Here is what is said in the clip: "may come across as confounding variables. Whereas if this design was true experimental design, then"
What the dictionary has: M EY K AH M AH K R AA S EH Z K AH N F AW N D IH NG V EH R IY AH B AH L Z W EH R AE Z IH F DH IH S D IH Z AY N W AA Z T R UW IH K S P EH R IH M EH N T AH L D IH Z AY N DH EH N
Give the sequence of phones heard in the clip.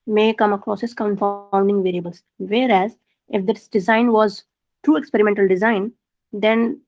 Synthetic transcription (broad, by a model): M EY K AH M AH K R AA S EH S K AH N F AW N D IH NG V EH R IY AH B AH L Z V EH R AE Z IH F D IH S D IH Z AY N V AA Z T R UW IH K S P EH R IH M EH N T AH L D IH Z AY N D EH N